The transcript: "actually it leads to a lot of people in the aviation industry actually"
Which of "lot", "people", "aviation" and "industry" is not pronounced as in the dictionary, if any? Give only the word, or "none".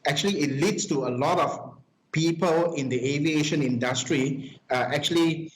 none